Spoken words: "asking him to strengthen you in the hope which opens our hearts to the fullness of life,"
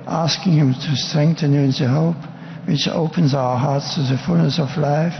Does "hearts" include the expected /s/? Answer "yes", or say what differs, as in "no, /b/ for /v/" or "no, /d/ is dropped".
yes